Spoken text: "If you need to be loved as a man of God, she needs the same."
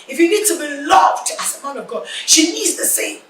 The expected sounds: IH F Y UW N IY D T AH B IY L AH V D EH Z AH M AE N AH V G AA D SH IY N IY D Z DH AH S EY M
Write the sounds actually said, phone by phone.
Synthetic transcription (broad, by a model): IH F Y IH N IY D T AH B IY L AH V D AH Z AH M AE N AH V G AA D SH IY N IY D Z DH AH S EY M